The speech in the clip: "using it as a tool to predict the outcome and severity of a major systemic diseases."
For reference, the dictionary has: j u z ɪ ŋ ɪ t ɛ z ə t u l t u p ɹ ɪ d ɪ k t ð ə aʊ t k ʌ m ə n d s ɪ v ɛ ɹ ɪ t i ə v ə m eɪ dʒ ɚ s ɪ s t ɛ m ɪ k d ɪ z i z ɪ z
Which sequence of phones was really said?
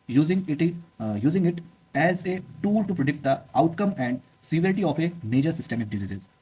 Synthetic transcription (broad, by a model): j u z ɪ ŋ ɪ t ɛ z ə t u l t u p ɹ ɪ d ɪ k t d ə aʊ t k ʌ m ə n d s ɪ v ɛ ɹ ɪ t i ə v ə m eɪ dʒ ɚ s ɪ s t ɛ m ɪ k d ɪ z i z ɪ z